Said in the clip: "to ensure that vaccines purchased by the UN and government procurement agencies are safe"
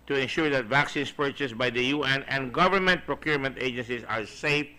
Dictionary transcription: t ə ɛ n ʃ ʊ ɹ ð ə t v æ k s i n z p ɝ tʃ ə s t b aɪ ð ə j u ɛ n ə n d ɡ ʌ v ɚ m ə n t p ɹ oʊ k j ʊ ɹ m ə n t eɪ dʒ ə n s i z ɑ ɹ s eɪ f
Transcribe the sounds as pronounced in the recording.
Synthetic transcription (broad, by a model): t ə ɛ n ʃ ʊ ɹ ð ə t v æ k s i n s p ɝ tʃ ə s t b aɪ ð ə j u ɛ n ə n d ɡ ʌ v ɚ m ə n t p ɹ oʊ k j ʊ ɹ m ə n t eɪ dʒ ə n s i s ɑ ɹ s eɪ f